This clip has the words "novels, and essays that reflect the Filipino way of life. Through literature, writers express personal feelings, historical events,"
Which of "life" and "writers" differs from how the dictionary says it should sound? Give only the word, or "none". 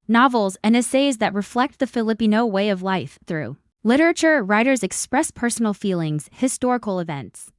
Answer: none